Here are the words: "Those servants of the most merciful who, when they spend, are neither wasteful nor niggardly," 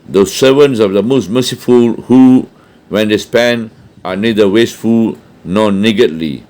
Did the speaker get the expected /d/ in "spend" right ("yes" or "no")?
no